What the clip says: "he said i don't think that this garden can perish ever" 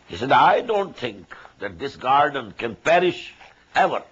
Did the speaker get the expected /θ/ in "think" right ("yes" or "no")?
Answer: no